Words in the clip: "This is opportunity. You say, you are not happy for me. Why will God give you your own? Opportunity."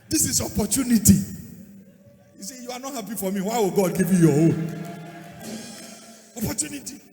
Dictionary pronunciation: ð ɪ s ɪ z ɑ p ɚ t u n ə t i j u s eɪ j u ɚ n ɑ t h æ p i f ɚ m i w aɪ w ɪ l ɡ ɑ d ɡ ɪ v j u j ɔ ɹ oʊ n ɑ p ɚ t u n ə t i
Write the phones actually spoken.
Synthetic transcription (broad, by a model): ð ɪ s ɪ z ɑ p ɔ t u n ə t i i s eɪ j u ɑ n ɑ t h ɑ p i f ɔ m i w aɪ w ɪ l ɡ ɑ d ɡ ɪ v j u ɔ w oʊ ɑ p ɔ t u n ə t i